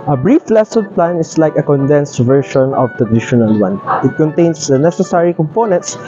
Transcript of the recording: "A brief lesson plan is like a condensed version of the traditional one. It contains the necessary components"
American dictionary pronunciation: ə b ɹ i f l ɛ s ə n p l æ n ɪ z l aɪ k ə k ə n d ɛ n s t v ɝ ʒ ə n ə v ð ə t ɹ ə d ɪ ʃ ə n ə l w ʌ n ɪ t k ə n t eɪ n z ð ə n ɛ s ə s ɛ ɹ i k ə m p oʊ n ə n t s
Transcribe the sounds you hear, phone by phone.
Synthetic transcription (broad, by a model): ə b ɹ i f l ɛ s ə n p l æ n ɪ s l aɪ k ə k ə n d ɛ n s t v ɝ ʃ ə n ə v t ə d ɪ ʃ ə n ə l w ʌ n ɪ t k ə n t eɪ n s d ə n ɛ s ə s ɛ ɹ i k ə m p oʊ n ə n t s